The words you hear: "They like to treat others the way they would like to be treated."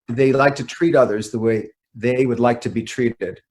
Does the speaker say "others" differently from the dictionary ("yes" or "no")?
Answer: no